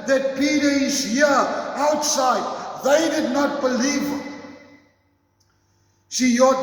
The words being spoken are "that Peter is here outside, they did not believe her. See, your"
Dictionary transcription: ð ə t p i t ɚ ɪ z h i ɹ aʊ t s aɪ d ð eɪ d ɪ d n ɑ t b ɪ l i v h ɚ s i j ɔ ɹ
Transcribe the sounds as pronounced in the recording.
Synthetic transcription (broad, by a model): ð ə t p i t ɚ ɪ z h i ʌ aʊ t s aɪ d ð eɪ d ɪ d n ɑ t b ɪ l i v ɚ ʃ i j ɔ